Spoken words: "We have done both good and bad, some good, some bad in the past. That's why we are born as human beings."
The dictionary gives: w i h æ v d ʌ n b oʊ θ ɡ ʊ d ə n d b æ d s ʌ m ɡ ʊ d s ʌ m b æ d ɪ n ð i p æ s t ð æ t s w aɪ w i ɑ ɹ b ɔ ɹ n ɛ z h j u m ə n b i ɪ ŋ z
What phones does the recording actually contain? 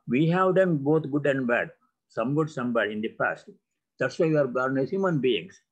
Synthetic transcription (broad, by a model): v i h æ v d ʌ n b oʊ t ɡ ʊ d ə n d b æ d s ʌ m ɡ ʊ d s ʌ m b æ d ɪ n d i p æ s t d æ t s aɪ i ɑ ɹ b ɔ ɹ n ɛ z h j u m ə n b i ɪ ŋ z